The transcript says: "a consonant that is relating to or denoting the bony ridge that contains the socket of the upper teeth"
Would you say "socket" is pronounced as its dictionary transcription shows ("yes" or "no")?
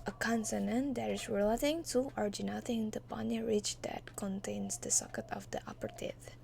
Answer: yes